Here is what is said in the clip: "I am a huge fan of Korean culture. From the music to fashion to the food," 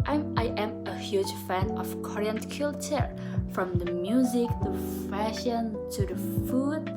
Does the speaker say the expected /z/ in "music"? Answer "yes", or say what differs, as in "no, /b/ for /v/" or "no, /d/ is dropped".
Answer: yes